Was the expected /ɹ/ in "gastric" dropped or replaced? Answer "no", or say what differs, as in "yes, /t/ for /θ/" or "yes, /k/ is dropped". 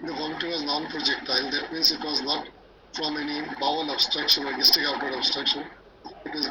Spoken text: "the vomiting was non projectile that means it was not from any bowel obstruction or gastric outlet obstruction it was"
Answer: yes, /ɹ/ is dropped